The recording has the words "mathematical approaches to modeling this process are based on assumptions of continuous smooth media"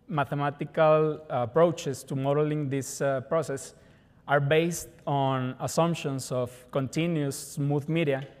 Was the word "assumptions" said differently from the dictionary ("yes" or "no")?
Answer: yes